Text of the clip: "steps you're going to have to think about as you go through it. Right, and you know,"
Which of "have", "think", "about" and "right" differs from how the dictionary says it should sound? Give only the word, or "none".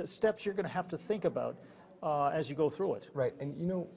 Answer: have